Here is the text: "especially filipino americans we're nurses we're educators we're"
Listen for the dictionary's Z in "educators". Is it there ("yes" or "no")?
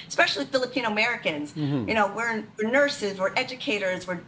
yes